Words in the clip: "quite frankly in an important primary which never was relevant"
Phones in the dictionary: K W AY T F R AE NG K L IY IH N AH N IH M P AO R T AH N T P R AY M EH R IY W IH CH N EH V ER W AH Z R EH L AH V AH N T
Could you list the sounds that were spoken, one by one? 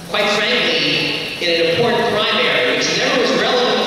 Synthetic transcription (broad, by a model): K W AY T F R AE NG K L IY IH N AH N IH M P AO R T N P R AY M EH R IY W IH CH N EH B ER W AH Z R EH L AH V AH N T